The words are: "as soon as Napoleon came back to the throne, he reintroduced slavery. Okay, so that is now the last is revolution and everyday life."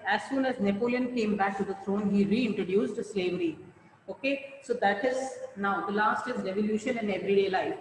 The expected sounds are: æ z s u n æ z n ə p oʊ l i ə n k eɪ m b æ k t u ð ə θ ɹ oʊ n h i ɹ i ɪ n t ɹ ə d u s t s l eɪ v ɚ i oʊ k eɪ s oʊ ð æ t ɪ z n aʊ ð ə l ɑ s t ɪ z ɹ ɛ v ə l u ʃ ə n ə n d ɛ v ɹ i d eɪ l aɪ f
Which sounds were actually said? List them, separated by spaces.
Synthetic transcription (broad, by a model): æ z s u n æ z n ə p oʊ l i ə n k eɪ m b æ k t u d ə t ɹ oʊ n h i ɹ i ɪ n t ɹ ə d u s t s l eɪ v ɚ i oʊ k eɪ s oʊ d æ t ɪ z n aʊ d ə l ɑ s t ɪ z ɹ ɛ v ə l u ʃ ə n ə n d ɛ v ɹ i d eɪ l aɪ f